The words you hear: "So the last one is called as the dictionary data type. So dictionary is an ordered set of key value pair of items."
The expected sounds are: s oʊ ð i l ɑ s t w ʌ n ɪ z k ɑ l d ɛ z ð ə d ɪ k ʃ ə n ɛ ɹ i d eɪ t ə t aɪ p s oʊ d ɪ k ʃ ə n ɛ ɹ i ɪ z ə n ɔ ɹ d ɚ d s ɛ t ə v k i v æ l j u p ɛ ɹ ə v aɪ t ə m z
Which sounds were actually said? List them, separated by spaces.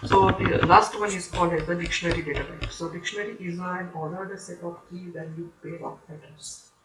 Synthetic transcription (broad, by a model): s oʊ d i l ɑ s t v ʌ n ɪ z k ɑ l d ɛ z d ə d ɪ k ʃ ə n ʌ ɹ i d eɪ t ə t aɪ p s oʊ d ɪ k ʃ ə n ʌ ɹ i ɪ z ə n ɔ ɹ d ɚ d s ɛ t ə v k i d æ n j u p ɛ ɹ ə p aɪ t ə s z